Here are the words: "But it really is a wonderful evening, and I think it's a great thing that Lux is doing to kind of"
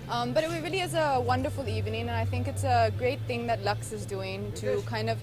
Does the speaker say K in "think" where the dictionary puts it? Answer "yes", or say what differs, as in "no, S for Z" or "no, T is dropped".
yes